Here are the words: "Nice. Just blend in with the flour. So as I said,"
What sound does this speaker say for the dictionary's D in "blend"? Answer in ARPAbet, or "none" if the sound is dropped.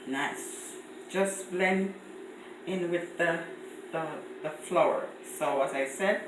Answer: none